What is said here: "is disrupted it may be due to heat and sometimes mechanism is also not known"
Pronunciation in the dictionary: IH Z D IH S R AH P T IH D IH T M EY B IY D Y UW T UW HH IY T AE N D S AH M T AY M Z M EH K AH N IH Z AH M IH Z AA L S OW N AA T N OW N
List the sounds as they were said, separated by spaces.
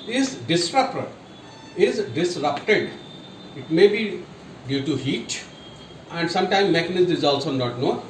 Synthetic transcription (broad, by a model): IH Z D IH S R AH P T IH D IH T M EY B IY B Y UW T UW HH IY T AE N D S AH M T AY M M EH K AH N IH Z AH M IH Z AA L S OW N AA T N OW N